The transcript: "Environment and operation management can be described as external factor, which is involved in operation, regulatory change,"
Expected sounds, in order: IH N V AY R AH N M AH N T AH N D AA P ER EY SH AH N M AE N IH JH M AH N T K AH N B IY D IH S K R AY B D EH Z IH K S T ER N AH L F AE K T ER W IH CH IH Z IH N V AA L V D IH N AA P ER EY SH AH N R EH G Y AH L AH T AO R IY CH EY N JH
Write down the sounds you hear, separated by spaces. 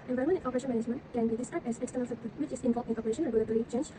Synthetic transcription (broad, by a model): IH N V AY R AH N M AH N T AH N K AA P ER EY SH AH N M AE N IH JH M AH N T K AH N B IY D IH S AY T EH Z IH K S T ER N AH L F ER W IH CH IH S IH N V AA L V IH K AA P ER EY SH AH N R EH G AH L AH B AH L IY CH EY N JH